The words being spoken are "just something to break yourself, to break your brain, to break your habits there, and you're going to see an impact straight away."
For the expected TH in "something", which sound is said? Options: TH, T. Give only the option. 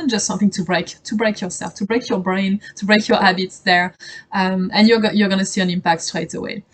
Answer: TH